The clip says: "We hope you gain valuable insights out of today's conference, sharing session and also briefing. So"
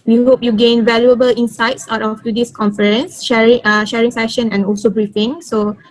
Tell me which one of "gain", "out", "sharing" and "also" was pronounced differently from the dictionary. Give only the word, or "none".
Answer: none